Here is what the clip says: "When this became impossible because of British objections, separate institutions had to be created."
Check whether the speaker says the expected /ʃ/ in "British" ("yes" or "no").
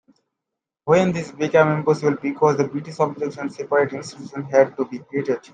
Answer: no